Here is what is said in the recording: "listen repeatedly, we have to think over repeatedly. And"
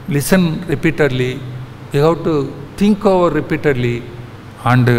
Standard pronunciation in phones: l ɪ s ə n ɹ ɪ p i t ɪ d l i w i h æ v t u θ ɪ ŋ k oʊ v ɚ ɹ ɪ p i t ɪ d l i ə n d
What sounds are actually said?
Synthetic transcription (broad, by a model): l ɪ s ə n ɹ ɪ p i t ɪ d l i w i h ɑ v t u t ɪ ŋ k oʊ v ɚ ɹ ɪ p i t ɪ d l i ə n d